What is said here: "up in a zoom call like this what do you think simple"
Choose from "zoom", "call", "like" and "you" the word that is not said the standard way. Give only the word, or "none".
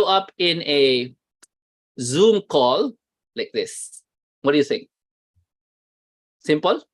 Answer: none